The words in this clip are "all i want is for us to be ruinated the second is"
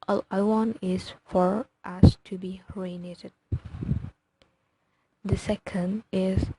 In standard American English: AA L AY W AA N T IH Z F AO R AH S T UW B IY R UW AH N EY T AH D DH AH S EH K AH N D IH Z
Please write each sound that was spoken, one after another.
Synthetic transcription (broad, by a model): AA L AY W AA N IH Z F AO R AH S T UW B IY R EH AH N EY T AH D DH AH S EH K AH N D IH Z